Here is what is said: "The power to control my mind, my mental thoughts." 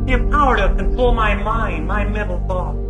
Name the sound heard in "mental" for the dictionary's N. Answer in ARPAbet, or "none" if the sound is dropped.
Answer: none